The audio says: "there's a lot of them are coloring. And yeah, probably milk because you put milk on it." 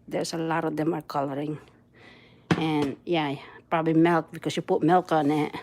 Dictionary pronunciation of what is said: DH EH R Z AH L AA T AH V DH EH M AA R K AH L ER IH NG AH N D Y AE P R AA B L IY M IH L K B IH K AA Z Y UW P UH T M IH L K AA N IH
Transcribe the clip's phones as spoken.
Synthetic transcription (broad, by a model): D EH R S AH L AA T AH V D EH M AA R K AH L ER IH NG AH N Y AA P R AA B L IY M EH L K B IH K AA S Y UW P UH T M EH L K AA N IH